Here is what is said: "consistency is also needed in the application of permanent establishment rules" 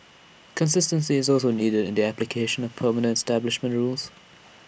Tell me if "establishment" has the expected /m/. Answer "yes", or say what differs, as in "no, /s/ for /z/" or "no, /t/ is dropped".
yes